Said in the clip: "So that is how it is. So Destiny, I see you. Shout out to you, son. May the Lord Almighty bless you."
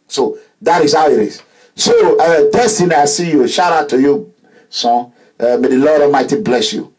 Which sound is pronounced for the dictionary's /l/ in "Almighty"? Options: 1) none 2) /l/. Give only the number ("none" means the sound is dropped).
1